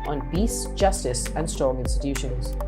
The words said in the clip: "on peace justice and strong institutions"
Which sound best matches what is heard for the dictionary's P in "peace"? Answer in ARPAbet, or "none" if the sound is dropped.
B